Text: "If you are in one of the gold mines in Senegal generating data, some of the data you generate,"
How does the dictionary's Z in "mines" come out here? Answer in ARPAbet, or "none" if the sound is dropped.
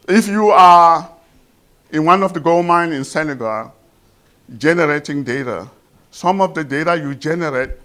none